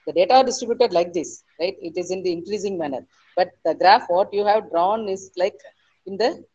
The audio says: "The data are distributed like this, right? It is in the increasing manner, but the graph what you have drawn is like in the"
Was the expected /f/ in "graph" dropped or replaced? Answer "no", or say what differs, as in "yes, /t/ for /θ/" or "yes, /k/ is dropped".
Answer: no